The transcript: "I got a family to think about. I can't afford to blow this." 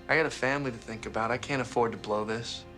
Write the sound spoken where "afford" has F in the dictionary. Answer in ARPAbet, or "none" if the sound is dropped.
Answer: F